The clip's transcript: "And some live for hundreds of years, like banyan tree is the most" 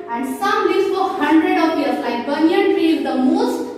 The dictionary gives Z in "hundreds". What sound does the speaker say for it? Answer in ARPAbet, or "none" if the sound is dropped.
none